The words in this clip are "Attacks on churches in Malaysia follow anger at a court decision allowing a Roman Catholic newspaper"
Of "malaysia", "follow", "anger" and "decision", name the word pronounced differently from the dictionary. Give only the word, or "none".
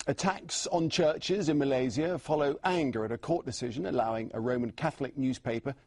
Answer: malaysia